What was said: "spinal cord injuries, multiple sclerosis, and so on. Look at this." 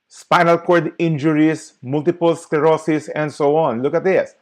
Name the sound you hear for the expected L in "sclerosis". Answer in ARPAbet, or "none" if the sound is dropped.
none